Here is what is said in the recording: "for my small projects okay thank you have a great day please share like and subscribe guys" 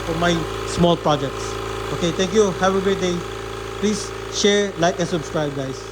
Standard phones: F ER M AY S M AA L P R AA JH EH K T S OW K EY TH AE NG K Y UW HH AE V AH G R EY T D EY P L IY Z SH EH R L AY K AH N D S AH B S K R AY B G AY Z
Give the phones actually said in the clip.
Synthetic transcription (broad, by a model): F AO M AY S M AA L P R AA JH EH K T S OW K EY T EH NG K Y UW HH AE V AH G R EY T D EY P L IY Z SH EH R L AY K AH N S AH B S K R AY B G AY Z